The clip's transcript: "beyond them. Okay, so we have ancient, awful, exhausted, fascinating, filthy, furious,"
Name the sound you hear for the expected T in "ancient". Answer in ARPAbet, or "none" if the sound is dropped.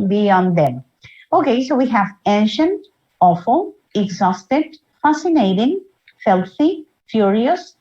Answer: T